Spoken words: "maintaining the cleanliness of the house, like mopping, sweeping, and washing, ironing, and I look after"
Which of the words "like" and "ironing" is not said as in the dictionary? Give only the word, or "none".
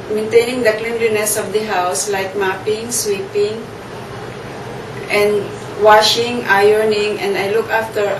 none